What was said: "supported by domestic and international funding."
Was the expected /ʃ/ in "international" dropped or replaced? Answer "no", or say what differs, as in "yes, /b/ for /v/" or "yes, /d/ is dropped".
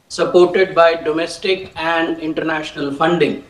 no